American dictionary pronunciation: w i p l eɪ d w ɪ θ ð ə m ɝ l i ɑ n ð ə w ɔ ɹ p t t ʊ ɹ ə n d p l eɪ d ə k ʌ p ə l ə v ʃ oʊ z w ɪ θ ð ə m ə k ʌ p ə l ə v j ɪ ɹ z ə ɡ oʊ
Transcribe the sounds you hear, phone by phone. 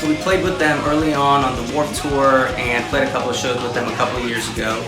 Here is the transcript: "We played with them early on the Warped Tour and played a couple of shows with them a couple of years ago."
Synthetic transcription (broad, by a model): w i p l eɪ d w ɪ ð ə m ɝ l i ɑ n ð ə w ɔ ɹ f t t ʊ ɹ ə n p l eɪ d ə k ʌ p l ə v ʃ oʊ z w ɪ ð ə m ə k ʌ p l ə v j ɪ ɹ z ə ɡ oʊ